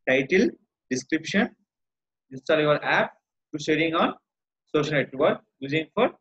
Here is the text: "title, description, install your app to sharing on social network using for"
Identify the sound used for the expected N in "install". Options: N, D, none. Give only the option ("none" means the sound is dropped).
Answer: none